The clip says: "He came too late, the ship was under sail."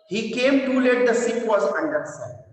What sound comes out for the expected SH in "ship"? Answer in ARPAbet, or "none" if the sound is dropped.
S